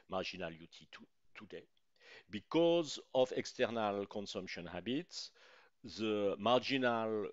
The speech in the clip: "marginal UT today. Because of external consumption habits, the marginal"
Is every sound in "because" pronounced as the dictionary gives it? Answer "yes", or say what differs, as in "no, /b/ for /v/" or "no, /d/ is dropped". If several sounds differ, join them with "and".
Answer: yes